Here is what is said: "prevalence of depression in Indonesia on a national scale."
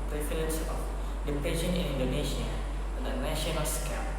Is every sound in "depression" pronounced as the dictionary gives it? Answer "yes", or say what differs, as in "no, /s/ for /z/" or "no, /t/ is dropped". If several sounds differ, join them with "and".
no, /ɹ/ is dropped